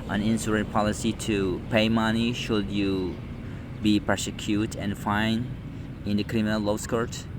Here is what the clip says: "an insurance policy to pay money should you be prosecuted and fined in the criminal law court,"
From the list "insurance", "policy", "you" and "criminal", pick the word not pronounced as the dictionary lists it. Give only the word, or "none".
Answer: insurance